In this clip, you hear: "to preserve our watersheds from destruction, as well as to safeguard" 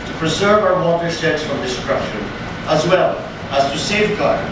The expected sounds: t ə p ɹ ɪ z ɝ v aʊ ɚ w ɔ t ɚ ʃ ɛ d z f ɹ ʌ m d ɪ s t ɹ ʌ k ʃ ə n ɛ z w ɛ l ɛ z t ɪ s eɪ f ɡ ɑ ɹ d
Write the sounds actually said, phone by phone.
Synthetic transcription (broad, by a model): t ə p ɹ ɪ z ɝ v aʊ ɚ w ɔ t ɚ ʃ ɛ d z f ɹ ʌ m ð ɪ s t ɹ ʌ ʃ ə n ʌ z w ɛ l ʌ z t ɪ s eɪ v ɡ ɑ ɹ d